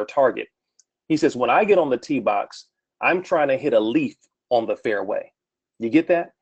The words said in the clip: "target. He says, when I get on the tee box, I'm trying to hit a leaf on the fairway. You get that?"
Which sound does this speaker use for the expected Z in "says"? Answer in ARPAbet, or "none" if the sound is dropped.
Z